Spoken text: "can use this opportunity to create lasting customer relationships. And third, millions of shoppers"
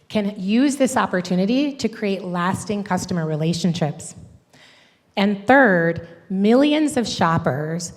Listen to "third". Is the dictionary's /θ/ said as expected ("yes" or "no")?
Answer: yes